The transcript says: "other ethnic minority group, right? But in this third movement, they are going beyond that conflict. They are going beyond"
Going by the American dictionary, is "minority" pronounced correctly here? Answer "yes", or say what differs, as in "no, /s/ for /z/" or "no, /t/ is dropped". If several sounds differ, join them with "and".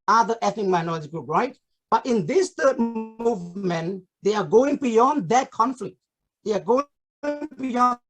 no, /l/ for /ɹ/